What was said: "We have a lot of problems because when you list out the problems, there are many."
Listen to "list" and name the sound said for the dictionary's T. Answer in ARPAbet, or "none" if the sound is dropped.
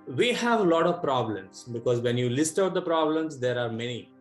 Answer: T